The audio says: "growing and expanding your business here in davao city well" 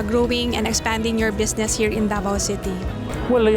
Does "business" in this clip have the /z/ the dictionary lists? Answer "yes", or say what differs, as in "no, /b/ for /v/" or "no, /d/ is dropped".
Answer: no, /s/ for /z/